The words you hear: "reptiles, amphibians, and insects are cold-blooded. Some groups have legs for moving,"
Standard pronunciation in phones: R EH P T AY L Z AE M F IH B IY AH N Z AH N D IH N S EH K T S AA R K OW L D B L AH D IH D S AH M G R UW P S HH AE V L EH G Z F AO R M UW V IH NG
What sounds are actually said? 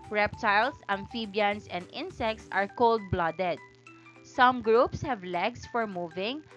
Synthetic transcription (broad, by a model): R EH P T AY L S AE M F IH B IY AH N S AH N D IH N S EH K T S AA R K OW L D B L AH D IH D S AH M G R UW P S HH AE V L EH G S F AO R M UW V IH NG